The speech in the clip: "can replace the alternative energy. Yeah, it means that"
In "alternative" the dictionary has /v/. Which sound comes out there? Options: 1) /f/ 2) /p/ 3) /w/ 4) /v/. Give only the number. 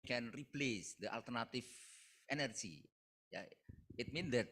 1